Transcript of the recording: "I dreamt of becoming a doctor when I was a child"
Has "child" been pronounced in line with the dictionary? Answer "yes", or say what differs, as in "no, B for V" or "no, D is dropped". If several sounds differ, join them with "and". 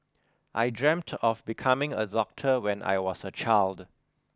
yes